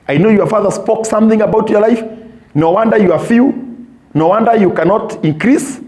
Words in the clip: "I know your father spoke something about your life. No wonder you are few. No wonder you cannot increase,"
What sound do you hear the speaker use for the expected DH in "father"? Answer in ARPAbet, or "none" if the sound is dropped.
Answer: DH